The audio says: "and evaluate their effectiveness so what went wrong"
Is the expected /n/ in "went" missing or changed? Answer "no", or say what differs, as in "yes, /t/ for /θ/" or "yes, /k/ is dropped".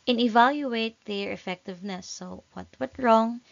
yes, /n/ is dropped